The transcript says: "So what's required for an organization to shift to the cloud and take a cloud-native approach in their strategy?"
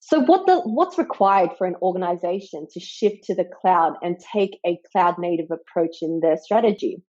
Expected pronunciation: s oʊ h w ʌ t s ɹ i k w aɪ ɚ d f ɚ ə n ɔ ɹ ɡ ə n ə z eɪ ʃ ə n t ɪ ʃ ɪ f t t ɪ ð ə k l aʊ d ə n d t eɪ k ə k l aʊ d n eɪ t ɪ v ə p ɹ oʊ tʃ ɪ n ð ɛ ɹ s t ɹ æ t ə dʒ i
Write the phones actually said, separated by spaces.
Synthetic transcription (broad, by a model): s oʊ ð w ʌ t s ɹ i k w aɪ ɚ d f ɚ ə n ɔ ɹ ɡ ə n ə z eɪ ʃ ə n t ɪ ʃ ɪ f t t ɪ ð ə k l aʊ d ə n t eɪ k ə k l aʊ d n eɪ t ɪ v ə p ɹ oʊ tʃ ɪ n ð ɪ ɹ s t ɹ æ t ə dʒ i